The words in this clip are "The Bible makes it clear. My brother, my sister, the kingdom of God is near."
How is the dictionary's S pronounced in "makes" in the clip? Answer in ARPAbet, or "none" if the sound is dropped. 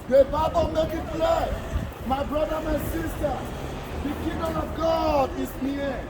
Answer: none